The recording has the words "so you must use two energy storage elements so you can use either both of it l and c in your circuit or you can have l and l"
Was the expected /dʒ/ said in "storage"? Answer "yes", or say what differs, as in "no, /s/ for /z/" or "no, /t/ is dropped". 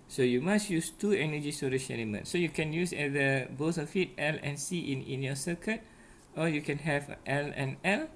no, /ʃ/ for /dʒ/